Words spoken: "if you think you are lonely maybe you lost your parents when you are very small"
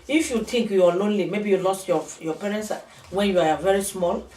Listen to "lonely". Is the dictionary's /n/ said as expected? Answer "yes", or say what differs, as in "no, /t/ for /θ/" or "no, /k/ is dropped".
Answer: yes